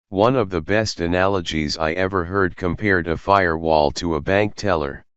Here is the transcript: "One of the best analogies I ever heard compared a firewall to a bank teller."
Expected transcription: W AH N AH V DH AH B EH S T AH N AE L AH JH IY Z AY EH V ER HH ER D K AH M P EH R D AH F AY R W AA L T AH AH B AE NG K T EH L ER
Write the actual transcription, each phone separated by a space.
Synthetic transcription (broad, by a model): W AH N AH V DH AH B EH S T AH N AE L AH JH IY Z AY EH V ER HH ER D K AH M P EH R D AH F AY R W AA L T AH AH B AE NG K T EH L ER